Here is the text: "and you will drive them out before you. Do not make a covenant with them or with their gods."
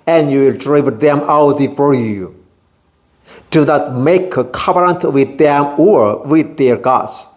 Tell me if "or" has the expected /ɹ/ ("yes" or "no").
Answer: yes